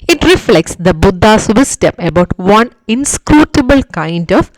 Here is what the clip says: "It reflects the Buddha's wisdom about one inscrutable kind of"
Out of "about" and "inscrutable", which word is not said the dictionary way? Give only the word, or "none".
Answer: none